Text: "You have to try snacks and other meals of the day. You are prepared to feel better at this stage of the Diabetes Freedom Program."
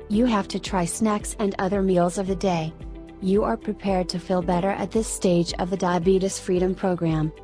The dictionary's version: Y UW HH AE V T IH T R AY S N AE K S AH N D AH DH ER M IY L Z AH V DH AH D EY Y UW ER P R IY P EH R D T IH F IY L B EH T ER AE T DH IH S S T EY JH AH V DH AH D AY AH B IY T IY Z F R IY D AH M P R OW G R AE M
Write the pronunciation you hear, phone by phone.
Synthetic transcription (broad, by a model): Y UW HH AE F T IH T R AY S N AE K S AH N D AH DH ER M IY L Z AH V DH AH D EY Y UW ER P R IY P EH R D T IH F IY L B EH T ER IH T DH IH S S T EY JH AH V DH AH D AY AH B IY T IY S F R IY D AH M P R OW G R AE M